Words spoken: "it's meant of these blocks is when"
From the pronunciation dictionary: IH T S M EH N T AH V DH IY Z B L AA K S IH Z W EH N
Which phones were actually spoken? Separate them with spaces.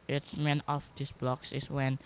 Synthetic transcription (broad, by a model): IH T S M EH N AH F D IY S B L AA K S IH S W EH N